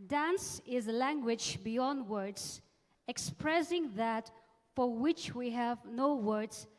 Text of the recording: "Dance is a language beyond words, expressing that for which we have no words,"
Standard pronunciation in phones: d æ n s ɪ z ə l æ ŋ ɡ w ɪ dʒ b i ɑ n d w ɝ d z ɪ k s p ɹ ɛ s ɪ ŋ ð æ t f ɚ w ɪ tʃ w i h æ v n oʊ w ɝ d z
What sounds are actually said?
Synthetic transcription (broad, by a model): d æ n s ɪ z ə l æ ŋ ɡ w ɪ dʒ b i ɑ n d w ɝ d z ɪ k s p ɹ ɛ s ɪ ŋ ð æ t f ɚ w ɪ tʃ w i h æ v n oʊ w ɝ d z